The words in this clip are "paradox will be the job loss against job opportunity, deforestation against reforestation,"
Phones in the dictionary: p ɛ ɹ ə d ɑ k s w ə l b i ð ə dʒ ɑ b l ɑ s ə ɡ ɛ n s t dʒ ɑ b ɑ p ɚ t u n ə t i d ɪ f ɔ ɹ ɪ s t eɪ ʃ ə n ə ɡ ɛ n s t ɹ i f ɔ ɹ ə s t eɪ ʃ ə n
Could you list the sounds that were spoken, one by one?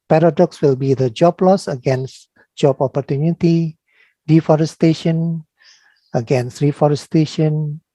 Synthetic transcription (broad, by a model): p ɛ ɹ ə d ɑ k s w ə l b i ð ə dʒ ɑ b l ɑ s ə ɡ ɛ n s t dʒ ɑ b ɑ p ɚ t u n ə t i d ɪ f ɔ ɹ ɪ s t eɪ ʃ ə n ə ɡ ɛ n s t ɹ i f ɔ ɹ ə s t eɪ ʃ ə n